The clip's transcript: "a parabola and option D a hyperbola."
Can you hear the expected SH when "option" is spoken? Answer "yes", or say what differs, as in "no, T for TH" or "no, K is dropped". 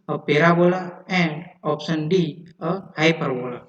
no, S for SH